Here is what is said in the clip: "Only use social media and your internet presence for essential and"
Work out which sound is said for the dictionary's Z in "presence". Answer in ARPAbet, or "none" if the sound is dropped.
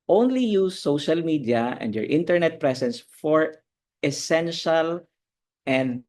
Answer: S